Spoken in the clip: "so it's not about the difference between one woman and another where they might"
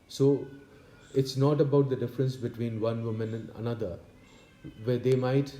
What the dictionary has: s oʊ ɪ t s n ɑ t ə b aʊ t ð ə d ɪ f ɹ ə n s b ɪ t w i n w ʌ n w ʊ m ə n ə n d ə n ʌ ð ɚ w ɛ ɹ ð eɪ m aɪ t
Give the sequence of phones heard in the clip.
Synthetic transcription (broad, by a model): s oʊ ɪ t s n ɑ t ə b aʊ t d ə d ɪ f ɹ ə n s b ɪ t w i n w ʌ n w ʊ m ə n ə n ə n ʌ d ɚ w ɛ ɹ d eɪ m aɪ t